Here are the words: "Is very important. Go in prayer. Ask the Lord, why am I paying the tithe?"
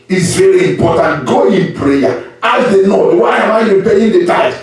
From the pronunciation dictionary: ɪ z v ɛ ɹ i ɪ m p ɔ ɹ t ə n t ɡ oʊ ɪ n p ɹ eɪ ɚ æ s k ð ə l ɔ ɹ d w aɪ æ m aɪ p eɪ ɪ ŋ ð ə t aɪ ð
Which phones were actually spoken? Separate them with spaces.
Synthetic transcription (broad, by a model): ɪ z v ɛ ɹ i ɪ m p ɔ t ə n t ɡ oʊ ɪ n p ɹ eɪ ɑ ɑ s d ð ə n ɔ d w aɪ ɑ m aɪ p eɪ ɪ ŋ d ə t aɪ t